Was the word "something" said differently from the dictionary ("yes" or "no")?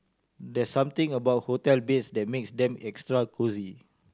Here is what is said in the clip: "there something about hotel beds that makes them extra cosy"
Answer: yes